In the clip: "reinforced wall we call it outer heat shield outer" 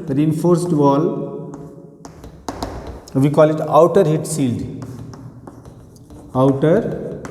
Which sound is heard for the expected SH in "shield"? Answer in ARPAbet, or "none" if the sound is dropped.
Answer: S